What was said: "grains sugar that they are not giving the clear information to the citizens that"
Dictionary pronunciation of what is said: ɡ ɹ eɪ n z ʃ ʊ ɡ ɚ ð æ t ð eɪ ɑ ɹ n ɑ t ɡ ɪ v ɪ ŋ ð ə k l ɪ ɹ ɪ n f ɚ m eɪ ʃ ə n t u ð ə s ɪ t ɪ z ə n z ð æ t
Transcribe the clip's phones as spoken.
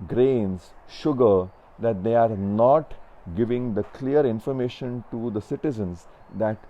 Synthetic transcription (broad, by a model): ɡ ɹ eɪ n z ʃ ʊ ɡ ɚ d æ t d eɪ ɑ ɹ n ɑ t ɡ ɪ v ɪ ŋ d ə k l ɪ ɹ ɪ n f ɚ m eɪ ʃ ə n t u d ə s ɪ t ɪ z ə n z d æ t